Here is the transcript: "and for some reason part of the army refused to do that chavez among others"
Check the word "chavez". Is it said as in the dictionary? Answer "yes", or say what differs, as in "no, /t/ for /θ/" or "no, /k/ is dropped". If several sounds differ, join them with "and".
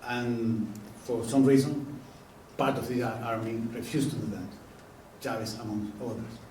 no, /s/ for /z/